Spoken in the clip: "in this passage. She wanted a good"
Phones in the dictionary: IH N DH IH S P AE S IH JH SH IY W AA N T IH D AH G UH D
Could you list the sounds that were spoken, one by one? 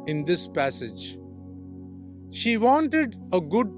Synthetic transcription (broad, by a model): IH N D IH S P AE S IH JH SH IY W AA N T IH D AH G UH D